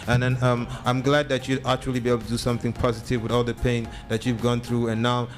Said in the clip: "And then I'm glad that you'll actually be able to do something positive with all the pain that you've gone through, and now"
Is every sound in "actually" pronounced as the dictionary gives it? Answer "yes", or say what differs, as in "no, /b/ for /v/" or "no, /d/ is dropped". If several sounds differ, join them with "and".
yes